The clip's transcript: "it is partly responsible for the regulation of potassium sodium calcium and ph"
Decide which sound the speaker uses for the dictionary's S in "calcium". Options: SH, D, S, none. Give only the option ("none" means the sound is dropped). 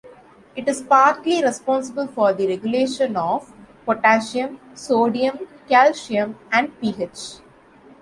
SH